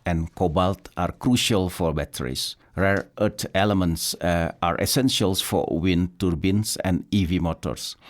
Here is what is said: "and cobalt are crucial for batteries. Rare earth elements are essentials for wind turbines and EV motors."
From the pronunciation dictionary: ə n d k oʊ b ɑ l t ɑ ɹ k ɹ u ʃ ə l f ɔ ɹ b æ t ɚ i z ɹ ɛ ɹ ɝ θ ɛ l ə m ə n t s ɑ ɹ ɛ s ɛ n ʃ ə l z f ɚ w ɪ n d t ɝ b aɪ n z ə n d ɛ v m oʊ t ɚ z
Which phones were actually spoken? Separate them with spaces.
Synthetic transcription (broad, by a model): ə n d k oʊ b ɑ l t ɑ ɹ k ɹ u ʃ ə l f ɔ ɹ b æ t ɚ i s ɹ ɛ ɹ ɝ t ɛ l ə m ə n t s ɑ ɹ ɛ s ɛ n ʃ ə l s f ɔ w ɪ n t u b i n s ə n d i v m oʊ t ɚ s